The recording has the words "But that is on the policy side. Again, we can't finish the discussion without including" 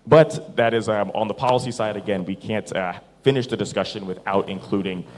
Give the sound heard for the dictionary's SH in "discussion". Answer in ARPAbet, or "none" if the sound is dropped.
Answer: SH